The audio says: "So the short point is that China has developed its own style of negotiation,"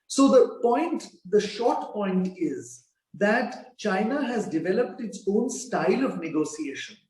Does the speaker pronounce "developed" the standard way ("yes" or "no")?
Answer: yes